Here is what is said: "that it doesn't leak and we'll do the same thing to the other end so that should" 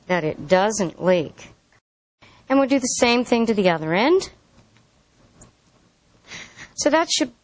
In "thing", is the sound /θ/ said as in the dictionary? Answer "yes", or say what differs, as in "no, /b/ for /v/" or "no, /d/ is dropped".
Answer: yes